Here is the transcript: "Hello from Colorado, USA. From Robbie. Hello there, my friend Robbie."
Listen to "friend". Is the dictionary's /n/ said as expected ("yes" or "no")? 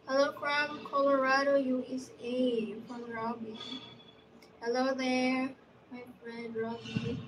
no